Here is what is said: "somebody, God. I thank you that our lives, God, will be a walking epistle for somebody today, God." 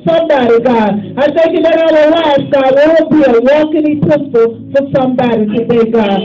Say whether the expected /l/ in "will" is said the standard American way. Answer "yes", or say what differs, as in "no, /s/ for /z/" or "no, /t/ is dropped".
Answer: no, /w/ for /l/